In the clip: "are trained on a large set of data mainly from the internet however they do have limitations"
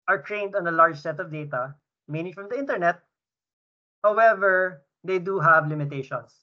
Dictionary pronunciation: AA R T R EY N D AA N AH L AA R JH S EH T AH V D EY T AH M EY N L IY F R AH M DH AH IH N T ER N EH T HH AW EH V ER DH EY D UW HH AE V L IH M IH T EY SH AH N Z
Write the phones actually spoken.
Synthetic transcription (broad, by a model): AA R T R EY N D AA N AH L AA R JH S EH T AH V D EY T AH M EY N IY F R AH M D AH IH N T ER N EH T HH AW EH V ER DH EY D UW HH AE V L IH M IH T EY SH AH N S